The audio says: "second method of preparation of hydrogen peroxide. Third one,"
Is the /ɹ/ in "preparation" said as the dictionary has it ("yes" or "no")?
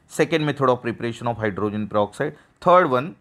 yes